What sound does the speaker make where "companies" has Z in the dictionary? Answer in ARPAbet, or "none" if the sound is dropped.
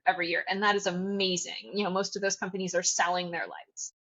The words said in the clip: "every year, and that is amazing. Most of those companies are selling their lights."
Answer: Z